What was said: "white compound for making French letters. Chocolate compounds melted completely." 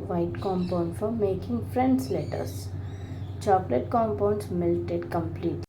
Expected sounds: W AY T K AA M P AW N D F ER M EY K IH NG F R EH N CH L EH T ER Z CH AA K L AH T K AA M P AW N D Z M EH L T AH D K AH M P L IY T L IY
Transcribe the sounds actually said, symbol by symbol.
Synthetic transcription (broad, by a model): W AY T K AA M P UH N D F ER M EY K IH NG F R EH N S L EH T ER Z CH AA K L AH T K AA M P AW N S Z M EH L T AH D K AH M P L IY T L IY